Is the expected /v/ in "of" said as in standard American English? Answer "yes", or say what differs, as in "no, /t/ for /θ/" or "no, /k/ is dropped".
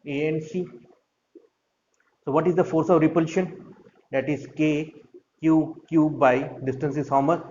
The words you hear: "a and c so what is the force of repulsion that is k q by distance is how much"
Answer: yes